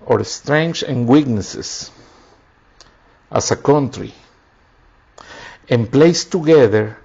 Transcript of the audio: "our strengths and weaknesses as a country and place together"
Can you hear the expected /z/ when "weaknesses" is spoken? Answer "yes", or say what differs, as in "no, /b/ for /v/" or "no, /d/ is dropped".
no, /s/ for /z/